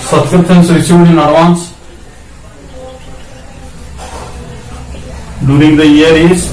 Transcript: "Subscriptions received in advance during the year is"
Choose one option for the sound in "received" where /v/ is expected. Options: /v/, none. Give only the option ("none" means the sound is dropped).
none